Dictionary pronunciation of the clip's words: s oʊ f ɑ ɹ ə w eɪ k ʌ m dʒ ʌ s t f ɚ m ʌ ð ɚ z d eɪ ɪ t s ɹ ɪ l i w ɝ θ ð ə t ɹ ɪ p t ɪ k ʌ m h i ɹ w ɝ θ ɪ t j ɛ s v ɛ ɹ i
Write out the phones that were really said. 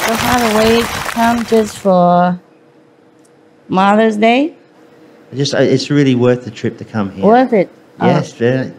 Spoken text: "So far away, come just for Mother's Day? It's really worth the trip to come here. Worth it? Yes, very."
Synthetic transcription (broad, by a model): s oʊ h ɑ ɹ ə w eɪ k ʌ m dʒ ʌ s t f ɚ m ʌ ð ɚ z d eɪ ɪ t s ɹ ɪ l i w ɝ θ ð ə t ɹ ɪ p t ɪ k ʌ m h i w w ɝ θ ɪ t j ɛ s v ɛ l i